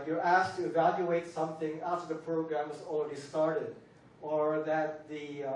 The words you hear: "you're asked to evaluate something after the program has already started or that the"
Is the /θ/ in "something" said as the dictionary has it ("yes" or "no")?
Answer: yes